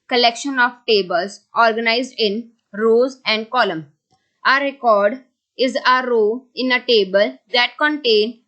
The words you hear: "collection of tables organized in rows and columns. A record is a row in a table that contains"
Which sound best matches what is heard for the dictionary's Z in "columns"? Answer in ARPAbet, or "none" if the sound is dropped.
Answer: none